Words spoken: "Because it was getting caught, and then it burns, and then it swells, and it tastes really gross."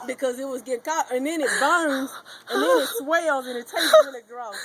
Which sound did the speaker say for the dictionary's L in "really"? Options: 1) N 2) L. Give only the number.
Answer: 1